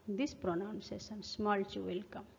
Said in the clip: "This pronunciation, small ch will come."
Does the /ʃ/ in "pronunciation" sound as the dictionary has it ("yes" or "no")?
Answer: no